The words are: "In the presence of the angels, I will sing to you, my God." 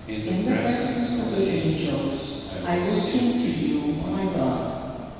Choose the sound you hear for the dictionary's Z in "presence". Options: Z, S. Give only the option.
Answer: S